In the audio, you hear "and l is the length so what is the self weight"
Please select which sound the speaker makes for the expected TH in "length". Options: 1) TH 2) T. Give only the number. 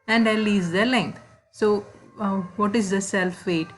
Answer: 2